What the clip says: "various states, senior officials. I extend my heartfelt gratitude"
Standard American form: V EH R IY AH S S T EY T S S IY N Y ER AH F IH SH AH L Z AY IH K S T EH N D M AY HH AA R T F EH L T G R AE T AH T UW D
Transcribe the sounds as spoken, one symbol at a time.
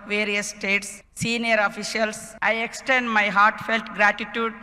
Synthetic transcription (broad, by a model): V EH R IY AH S S T EY T S S IY N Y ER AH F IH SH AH L S AY IH K S T EH N D M AY HH AA R T F EH L T G R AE T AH T UW D